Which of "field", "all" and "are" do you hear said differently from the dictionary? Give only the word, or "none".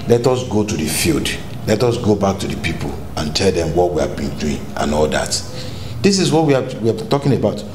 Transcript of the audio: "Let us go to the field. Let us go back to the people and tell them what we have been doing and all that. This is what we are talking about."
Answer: are